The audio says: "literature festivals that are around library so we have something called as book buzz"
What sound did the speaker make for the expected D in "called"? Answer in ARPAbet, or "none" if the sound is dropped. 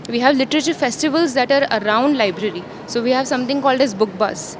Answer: D